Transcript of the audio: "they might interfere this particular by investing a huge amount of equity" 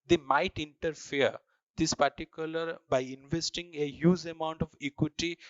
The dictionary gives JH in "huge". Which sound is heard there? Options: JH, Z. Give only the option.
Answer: Z